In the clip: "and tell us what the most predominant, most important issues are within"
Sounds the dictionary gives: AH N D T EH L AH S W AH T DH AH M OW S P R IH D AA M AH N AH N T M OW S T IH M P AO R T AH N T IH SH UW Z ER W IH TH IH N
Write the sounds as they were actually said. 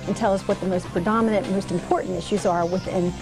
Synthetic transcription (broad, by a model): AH N T EH L AH S W AH T DH AH M OW S P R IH D AA M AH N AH N M OW S T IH M P AO R T N T IH SH UW Z ER W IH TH IH N